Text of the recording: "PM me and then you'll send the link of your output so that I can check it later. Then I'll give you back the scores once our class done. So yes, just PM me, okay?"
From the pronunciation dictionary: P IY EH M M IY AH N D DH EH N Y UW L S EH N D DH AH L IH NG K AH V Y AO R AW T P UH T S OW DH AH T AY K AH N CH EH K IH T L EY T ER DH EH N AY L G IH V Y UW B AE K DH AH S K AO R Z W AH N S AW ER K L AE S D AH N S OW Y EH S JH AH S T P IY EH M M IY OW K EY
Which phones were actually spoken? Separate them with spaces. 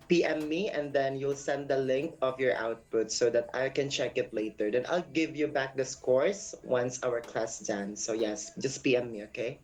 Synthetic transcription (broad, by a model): P IY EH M M IY AH N D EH N Y UW L S EH N D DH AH L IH NG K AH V Y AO R AW T P UH T S OW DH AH T AY K AH N CH EH K IH T L EY T ER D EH N AY L G IH V Y UW B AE K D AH S K AO R S W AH N S AW ER K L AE S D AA N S OW Y EH S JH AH S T P IY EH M M IY OW K EY